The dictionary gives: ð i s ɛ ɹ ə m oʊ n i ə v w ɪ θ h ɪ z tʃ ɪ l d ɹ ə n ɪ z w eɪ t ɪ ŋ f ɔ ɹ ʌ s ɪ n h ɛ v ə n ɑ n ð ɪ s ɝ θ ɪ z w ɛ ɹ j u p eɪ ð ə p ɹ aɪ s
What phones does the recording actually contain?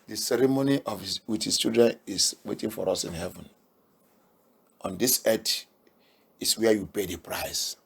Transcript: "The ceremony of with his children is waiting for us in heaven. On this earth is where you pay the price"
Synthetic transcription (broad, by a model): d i s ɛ ɹ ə m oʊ n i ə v w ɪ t h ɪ s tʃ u d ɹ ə n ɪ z w eɪ t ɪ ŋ f ɔ ɹ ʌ s ɪ n h ɛ v ə n ɑ n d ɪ s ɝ t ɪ s w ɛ j u p eɪ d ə p ɹ aɪ s